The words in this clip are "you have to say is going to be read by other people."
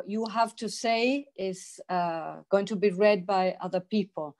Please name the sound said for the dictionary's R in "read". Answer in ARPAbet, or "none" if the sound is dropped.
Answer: R